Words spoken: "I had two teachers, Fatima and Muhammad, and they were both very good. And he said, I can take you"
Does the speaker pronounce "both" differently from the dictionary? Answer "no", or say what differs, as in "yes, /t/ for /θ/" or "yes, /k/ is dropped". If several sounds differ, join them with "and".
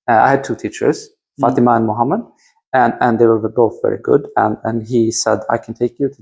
no